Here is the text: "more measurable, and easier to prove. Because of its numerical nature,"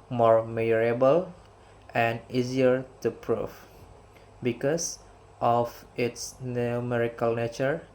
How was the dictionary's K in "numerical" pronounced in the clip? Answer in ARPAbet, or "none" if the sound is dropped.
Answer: K